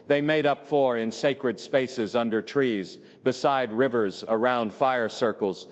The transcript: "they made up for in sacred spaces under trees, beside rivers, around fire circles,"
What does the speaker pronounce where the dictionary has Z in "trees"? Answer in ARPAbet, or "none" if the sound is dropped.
Z